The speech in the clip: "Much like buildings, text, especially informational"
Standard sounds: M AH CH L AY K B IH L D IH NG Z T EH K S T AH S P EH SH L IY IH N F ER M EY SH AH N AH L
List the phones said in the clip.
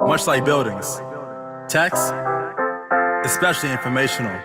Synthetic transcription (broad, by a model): M AH CH L AY K B IH L D IH NG Z T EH K S AH S P EH SH L IY IH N F ER M EY SH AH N L